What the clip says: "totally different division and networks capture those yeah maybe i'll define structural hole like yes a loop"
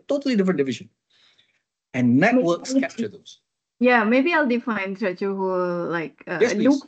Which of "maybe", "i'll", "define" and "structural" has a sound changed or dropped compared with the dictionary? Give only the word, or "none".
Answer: structural